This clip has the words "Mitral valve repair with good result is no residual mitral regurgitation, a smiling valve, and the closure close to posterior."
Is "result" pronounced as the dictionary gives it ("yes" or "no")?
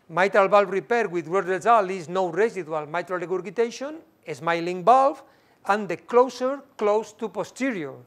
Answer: no